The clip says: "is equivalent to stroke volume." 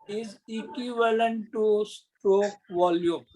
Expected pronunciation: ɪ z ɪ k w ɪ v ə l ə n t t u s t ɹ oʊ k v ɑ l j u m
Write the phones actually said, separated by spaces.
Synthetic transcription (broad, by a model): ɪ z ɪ k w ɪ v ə l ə n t t u s t ɹ oʊ k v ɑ l j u m